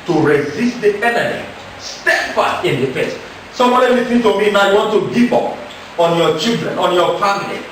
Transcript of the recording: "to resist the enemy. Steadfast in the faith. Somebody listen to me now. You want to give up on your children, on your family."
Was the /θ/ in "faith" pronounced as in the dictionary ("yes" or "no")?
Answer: no